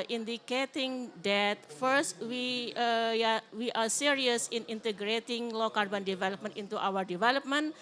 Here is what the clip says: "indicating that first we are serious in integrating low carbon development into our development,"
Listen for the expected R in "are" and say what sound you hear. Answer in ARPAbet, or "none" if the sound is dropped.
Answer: W